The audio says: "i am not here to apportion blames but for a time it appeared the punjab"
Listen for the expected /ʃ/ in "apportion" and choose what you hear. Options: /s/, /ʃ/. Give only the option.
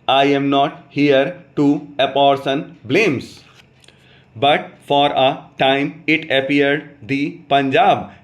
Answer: /s/